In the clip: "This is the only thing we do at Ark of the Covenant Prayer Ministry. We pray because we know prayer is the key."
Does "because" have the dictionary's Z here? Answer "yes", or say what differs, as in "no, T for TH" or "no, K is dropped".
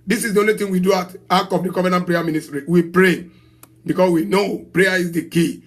no, S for Z